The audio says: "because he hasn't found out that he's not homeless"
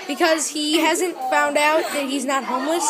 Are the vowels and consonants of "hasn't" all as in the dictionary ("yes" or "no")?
yes